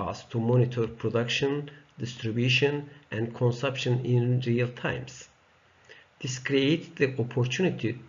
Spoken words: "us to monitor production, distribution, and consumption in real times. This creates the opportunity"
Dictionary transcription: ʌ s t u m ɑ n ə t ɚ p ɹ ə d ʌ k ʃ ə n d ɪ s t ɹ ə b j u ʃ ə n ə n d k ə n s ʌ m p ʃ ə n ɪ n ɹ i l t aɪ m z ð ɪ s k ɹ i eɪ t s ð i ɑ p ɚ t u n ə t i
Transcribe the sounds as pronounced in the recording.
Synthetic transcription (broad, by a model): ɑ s t u m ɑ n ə t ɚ p ɹ ə d ʌ k ʃ ə n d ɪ s t ɹ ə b j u ʃ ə n ə n d k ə n s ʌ m p ʃ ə n ɪ n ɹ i l t aɪ m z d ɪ s k ɹ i eɪ t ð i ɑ p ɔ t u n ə t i